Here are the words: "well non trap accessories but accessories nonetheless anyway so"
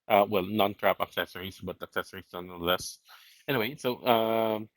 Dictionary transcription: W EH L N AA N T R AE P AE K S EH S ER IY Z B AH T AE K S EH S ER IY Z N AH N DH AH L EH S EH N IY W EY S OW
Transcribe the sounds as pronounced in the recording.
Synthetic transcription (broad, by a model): W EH L N AA N T R AE P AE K S EH S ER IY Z B AH T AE K S EH S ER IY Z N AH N AH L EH S EH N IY W EY S OW